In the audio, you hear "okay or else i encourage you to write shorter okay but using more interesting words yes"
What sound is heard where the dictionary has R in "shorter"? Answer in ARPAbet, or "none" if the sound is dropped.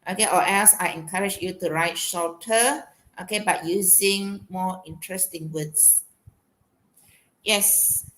L